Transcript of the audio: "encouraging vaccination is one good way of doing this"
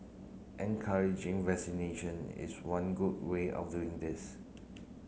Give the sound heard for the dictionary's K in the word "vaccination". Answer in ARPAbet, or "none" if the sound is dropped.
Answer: none